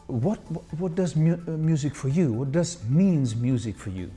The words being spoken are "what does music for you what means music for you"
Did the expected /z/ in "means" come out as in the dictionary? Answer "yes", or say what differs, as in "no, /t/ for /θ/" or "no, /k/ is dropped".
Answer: yes